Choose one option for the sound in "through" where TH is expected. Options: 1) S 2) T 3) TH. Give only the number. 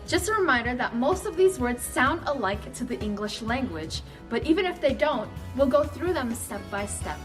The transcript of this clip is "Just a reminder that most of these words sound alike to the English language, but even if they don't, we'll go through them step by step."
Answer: 3